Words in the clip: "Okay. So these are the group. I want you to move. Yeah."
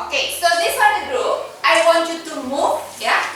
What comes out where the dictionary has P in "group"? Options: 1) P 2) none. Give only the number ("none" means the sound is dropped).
2